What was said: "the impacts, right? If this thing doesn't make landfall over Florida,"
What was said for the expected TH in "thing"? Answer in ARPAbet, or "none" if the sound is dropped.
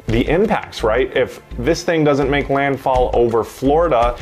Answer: TH